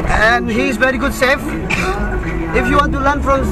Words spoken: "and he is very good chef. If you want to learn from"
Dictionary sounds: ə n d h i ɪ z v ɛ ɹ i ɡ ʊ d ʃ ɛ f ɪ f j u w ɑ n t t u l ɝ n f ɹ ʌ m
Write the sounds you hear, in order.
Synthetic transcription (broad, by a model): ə n d h i ɪ z v ɛ ɹ i ɡ ʊ d s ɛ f ɪ f j u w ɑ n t t u l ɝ n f ɹ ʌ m